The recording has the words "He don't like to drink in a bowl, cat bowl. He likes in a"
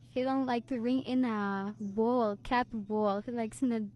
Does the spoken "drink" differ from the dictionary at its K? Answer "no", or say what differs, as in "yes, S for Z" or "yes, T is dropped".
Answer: yes, K is dropped